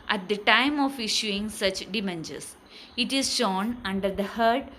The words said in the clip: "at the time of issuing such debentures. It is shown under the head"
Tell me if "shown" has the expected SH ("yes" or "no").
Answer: yes